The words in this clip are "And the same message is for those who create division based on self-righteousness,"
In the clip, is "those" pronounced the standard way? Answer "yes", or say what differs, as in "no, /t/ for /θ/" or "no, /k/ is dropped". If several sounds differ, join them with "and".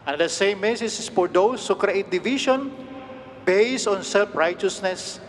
no, /s/ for /z/